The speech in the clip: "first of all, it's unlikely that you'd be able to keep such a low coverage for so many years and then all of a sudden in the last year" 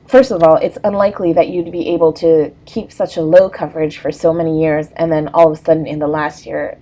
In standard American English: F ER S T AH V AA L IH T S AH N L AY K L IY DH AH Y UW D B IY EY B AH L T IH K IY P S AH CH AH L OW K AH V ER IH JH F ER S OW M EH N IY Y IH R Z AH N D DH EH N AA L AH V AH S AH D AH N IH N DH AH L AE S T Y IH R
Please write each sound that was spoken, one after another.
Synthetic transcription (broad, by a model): F ER S T AH V AA L IH T S AH N L AY K L IY DH AH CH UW D B IY EY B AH L T IH K IY P S AH CH AH L OW K AH V ER IH JH F ER S OW M EH N IY Y IH R Z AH N DH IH N AA L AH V AH S AH D N IH N DH AH L AE S T Y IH R